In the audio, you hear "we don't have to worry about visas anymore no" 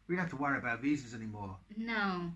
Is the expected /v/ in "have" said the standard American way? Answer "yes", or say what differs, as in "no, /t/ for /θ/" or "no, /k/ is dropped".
no, /f/ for /v/